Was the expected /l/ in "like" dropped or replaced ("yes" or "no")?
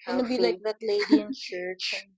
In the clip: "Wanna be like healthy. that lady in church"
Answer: no